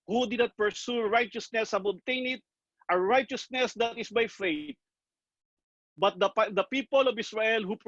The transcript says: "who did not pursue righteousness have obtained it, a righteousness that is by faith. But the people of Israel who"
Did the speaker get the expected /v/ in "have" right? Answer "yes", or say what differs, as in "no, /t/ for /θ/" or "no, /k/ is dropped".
no, /b/ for /v/